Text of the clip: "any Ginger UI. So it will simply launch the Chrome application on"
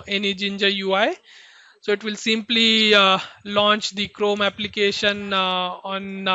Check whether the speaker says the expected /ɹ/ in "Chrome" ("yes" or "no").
yes